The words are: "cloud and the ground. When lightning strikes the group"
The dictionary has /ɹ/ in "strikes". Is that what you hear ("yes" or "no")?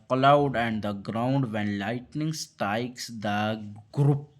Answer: no